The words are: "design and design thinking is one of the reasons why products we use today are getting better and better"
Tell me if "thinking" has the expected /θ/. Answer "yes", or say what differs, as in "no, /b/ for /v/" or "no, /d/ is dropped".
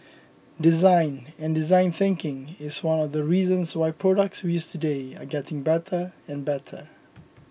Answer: yes